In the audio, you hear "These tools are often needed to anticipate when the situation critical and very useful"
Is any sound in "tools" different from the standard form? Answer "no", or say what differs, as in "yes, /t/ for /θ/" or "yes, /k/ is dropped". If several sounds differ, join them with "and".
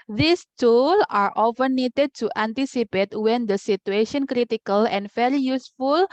yes, /z/ is dropped